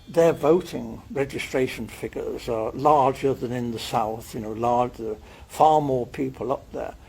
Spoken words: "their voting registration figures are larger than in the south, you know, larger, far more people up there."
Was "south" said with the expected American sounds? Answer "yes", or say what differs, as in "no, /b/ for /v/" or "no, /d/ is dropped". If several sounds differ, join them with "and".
yes